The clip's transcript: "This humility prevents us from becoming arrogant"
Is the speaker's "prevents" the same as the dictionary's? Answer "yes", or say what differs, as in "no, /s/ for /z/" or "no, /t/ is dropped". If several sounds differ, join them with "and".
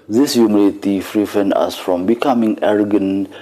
no, /f/ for /p/